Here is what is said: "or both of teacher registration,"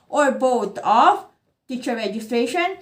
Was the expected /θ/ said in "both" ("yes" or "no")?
no